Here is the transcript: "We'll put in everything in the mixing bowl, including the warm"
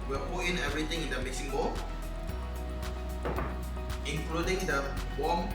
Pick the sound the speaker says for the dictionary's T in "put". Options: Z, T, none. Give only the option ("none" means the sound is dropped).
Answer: none